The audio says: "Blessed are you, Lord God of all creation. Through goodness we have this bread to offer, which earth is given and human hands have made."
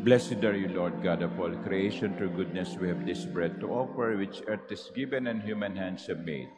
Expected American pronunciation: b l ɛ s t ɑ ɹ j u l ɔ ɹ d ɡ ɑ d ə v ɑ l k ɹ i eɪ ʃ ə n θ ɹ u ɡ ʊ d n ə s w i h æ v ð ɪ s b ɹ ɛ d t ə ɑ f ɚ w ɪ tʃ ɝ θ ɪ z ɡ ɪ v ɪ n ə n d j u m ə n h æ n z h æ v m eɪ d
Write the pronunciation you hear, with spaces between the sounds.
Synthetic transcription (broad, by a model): b l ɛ s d ɑ ɹ j u l ɔ ɹ d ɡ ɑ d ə p ɑ l k ɹ i eɪ ʃ ə n t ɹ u ɡ ʊ d n ə s w i h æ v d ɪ s b ɹ ɛ d t ə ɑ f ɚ w ɪ tʃ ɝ t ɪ s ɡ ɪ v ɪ n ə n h j u m ə n h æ n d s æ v m eɪ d